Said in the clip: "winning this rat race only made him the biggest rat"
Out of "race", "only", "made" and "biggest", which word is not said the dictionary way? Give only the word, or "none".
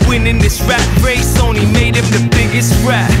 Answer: only